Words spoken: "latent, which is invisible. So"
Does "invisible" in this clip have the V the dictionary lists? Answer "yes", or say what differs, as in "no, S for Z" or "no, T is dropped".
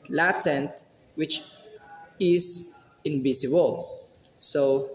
no, B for V